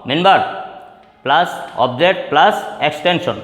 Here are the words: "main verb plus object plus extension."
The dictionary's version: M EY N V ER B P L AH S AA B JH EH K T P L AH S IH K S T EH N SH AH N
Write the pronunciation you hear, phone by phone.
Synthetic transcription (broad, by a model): M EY N B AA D P L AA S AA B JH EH T P L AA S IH K S T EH N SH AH N